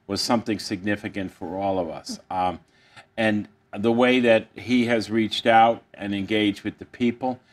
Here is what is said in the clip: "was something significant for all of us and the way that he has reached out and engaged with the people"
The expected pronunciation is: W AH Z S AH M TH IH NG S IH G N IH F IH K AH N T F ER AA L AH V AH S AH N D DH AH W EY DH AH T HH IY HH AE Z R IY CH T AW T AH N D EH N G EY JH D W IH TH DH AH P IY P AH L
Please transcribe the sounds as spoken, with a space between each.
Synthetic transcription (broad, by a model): W AH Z S AH M TH IH NG S IH G N IH F IH K AH N T F ER AA L AH V AH S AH N DH AH W EY DH AH T HH IY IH Z R IY CH T AW T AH N EH N G EY JH D W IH DH AH P IY P L